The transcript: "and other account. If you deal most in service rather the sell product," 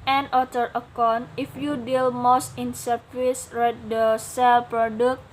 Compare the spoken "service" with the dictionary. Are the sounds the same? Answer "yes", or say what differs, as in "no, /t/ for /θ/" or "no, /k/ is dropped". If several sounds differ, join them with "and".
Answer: no, /p/ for /v/